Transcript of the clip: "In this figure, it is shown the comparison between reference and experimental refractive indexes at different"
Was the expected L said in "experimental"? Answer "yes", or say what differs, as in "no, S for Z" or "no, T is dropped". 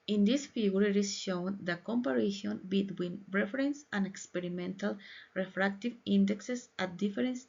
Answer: yes